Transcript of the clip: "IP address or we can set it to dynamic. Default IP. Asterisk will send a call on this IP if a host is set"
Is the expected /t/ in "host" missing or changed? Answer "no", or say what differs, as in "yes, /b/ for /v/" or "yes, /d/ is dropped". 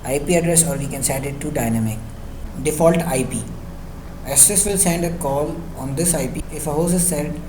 yes, /t/ is dropped